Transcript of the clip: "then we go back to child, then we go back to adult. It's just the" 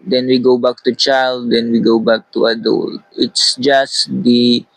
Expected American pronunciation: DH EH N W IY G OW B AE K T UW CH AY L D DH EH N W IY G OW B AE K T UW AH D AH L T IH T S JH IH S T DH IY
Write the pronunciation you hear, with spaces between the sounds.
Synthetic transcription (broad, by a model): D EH N W IY G OW B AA K T UW CH AY L D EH N W IY G OW B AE K T UW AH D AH L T IH T S JH IH S T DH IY